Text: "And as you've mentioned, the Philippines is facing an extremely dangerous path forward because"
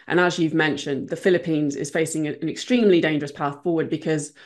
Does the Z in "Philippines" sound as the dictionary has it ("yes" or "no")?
yes